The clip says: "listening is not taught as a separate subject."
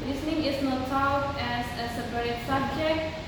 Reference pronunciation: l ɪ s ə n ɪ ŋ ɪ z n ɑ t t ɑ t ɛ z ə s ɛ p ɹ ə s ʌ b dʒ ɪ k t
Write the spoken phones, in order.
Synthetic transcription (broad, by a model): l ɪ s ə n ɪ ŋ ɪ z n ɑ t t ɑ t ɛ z ə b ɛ ɹ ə s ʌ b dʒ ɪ k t